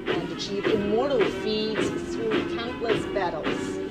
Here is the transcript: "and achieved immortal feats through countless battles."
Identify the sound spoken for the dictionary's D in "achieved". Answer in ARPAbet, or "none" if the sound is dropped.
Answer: none